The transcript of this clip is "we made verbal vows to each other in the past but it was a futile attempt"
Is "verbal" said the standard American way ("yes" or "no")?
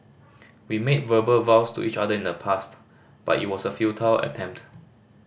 yes